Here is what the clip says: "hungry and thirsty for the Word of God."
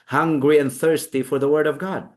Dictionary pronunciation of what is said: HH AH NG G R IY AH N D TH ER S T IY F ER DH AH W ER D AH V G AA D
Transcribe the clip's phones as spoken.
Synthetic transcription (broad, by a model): HH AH NG G R IY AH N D TH ER S T IY F ER DH AH W ER D AH V G AA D